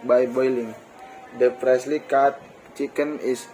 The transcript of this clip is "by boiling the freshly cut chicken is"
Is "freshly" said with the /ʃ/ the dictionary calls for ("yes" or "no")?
no